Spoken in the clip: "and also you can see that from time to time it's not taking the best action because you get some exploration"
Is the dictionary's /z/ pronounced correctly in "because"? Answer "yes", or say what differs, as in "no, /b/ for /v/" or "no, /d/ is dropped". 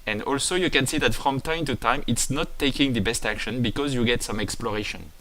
yes